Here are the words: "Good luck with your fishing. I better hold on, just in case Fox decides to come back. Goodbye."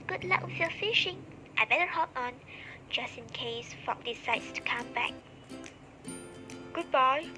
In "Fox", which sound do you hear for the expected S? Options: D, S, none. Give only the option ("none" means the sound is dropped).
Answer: none